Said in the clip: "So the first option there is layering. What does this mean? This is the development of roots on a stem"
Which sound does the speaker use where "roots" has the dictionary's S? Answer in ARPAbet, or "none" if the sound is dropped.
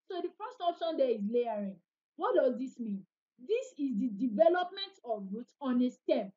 none